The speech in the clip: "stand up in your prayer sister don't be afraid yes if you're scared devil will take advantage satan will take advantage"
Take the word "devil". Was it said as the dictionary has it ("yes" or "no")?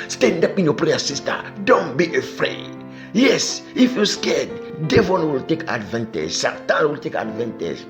no